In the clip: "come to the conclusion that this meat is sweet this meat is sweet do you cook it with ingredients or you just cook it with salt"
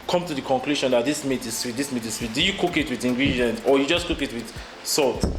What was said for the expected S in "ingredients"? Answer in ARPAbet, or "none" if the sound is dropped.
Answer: none